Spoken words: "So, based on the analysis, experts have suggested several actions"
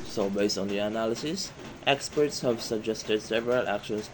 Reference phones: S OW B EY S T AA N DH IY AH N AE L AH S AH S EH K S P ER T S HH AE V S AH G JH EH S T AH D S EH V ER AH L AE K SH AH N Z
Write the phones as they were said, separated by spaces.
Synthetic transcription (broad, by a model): S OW B EY S T AA N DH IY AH N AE L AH S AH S EH K S P ER T S HH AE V S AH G JH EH S T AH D S EH V ER AH L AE K SH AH N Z